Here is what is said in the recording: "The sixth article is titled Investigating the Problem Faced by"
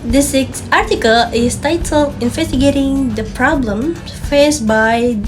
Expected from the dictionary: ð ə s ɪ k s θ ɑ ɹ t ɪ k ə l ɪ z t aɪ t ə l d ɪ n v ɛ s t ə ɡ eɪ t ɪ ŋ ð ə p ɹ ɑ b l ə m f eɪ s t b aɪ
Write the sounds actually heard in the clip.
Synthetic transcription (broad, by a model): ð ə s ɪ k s ɑ ɹ t ɪ k ə l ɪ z t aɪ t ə l ɪ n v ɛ s t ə ɡ eɪ t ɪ ŋ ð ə p ɹ ɑ b l ə m f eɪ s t b aɪ